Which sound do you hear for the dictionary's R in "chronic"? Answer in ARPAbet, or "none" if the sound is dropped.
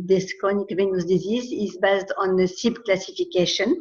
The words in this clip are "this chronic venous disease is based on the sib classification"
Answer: none